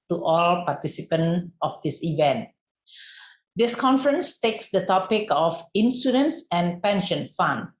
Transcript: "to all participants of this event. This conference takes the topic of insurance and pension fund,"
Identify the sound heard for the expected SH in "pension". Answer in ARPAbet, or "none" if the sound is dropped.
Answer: SH